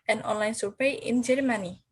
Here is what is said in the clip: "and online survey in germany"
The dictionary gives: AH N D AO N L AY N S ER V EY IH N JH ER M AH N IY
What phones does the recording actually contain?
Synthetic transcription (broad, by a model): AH N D AO N L AY N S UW P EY IH N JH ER M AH N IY